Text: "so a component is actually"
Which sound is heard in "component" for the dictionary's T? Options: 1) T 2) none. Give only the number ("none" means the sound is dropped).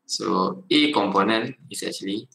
2